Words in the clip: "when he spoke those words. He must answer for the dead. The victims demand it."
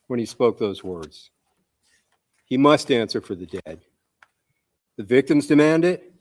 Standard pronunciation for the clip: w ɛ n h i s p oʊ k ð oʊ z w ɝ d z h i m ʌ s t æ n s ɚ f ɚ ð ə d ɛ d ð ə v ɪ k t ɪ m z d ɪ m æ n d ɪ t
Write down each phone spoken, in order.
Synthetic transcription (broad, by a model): w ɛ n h i s p oʊ k ð oʊ z w ɝ d z h i m ʌ s t æ n s ɚ f ɚ ð ə d ɛ d ð ə v ɪ k t ɪ m z d ɪ m æ n d ɪ t